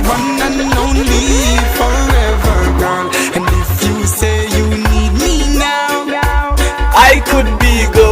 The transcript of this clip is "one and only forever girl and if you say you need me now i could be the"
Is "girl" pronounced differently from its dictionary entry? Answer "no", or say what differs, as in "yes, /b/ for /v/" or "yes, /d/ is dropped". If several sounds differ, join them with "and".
yes, /n/ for /l/